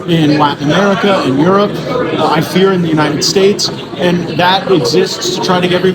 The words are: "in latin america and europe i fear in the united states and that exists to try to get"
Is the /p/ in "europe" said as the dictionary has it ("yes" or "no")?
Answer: yes